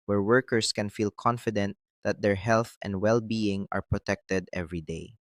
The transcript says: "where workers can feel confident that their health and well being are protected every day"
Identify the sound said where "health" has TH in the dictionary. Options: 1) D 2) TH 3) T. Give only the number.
2